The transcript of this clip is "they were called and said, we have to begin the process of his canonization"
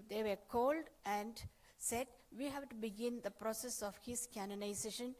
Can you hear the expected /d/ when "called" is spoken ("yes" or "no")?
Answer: yes